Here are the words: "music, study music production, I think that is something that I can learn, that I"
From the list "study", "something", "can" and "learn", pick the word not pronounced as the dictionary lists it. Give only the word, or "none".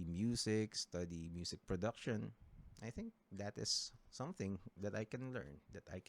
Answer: none